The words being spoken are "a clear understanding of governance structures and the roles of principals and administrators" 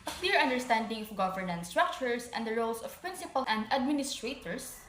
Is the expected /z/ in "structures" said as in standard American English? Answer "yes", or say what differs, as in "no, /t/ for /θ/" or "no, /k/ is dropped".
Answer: no, /s/ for /z/